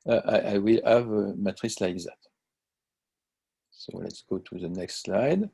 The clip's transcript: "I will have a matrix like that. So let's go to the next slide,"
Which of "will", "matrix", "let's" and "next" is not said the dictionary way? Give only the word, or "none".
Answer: matrix